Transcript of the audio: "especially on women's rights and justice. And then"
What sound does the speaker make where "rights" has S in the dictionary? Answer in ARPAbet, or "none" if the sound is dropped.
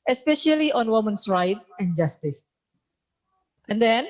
none